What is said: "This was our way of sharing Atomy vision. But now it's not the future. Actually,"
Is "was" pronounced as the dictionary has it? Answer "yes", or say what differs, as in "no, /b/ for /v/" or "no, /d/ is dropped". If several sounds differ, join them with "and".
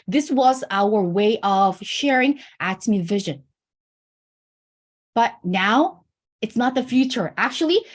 yes